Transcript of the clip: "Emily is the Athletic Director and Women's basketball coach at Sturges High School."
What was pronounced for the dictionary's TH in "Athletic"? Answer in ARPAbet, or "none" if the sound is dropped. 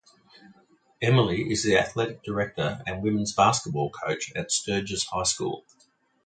TH